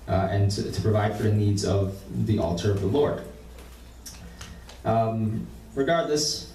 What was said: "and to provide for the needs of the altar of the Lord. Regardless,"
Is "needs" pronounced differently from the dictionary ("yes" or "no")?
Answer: no